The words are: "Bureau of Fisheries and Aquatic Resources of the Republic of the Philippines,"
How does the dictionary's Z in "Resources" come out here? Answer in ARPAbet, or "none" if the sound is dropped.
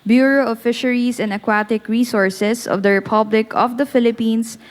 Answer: S